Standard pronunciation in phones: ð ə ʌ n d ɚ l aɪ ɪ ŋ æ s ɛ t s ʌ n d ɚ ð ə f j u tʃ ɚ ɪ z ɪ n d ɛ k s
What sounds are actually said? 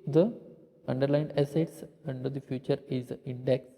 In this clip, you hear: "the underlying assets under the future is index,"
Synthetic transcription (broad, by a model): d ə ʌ n d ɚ l aɪ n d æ s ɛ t s ʌ n d ɚ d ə f j u tʃ ɚ ɪ z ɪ n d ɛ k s